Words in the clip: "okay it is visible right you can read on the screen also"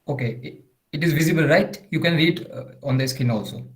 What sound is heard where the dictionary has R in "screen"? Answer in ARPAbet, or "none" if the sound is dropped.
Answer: none